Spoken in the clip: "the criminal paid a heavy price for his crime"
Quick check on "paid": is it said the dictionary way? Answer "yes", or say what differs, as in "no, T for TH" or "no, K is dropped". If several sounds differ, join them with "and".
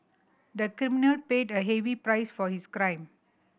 yes